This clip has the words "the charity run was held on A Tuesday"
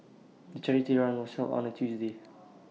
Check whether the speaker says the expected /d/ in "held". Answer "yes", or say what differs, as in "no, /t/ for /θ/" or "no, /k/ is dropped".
no, /d/ is dropped